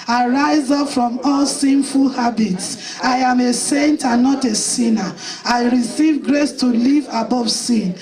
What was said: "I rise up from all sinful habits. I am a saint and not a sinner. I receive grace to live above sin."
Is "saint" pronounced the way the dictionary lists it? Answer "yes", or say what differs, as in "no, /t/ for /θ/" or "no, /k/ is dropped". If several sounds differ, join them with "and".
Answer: yes